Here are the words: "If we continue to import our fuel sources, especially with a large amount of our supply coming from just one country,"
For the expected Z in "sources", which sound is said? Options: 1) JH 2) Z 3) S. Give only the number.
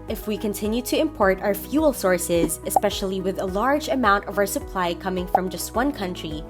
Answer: 2